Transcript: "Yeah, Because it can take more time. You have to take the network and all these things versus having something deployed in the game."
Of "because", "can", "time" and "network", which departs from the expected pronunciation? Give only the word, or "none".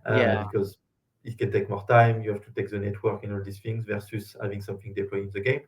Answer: none